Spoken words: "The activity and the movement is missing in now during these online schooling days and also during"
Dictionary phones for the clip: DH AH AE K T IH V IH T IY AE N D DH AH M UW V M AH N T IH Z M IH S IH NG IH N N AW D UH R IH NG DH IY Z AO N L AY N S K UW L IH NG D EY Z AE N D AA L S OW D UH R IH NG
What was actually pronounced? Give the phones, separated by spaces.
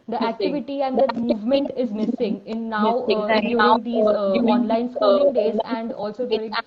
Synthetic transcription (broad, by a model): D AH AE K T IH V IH T IY AE N D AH M UW V M AH N T IH Z M IH S IH NG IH N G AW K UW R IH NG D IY AO N L AY N S K UW L IH NG D EY Z AE N D AA L S OW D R